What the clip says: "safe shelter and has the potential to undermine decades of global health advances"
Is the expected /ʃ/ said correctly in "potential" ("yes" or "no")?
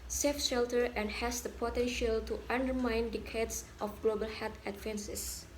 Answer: yes